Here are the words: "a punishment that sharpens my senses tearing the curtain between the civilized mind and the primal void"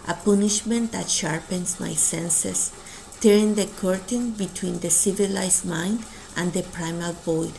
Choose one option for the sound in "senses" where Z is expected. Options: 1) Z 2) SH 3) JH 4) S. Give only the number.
4